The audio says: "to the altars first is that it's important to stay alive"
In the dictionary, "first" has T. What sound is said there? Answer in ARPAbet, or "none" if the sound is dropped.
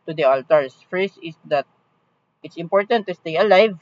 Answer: none